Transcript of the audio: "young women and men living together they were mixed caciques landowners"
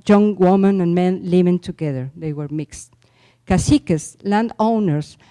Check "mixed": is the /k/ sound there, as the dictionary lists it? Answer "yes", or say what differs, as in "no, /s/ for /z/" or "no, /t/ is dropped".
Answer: yes